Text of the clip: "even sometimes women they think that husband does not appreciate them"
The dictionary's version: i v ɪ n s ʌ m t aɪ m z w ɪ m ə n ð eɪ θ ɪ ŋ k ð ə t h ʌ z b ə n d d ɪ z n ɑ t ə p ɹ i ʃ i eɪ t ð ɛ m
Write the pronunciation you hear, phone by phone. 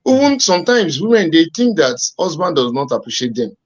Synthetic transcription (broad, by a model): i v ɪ n s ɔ m t aɪ m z w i m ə n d eɪ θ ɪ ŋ k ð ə t h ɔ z b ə n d d ɪ z n ɑ t ə p ɹ i ʃ i eɪ t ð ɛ m